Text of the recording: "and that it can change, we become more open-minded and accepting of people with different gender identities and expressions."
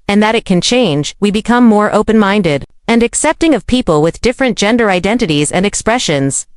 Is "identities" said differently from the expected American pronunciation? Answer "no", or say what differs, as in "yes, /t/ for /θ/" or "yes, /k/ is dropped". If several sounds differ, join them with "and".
no